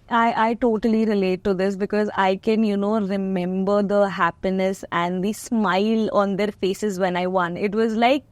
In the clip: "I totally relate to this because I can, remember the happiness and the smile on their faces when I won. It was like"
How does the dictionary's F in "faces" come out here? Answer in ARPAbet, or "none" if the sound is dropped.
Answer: F